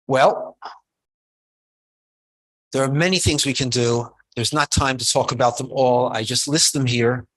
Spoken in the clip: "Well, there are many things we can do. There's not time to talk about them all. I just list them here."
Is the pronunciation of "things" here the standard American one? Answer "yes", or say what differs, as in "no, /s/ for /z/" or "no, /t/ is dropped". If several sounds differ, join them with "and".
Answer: yes